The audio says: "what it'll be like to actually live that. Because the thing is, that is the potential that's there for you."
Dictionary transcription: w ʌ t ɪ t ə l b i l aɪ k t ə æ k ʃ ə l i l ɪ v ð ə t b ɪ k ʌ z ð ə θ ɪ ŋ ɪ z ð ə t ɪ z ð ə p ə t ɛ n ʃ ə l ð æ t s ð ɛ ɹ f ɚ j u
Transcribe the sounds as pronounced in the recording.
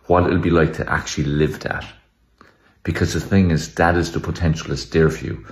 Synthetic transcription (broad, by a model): w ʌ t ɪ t l b i l aɪ k t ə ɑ k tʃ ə l i l ɪ v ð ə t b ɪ k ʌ z ð ə θ ɪ ŋ ɪ z ð ə t ɪ z ð ə p ə t ɛ n ʃ ə l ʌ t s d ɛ ɹ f j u